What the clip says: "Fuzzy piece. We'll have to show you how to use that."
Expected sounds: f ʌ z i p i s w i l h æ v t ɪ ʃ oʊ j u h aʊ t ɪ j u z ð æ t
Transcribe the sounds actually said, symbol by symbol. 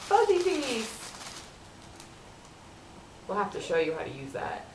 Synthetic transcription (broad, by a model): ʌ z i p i w i l h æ f t ɪ ʃ oʊ j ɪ h aʊ t ɪ j u z ð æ t